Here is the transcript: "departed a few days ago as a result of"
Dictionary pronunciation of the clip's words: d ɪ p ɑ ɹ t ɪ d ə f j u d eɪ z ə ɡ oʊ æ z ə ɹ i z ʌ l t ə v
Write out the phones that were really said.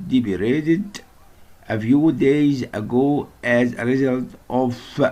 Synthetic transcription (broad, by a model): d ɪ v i ɹ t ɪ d ə f j u d eɪ z ə ɡ oʊ æ z ə ɹ i z ʌ l t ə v